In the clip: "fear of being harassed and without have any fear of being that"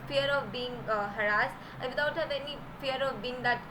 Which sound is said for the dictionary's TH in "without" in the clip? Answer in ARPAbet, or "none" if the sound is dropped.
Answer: T